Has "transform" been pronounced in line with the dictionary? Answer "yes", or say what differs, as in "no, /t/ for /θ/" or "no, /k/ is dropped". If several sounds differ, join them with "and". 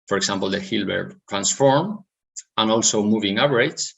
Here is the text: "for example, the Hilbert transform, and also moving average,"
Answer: yes